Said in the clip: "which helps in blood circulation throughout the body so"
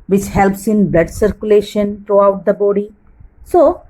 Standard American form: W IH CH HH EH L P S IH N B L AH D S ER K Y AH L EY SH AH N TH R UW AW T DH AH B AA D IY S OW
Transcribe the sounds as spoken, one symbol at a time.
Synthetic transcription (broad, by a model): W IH CH HH EH L P S IH N B L AH D S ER K Y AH L EY SH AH N T R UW AW T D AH B AA D IY S OW